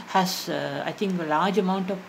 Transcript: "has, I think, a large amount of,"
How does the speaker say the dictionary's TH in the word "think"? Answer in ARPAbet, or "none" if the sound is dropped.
T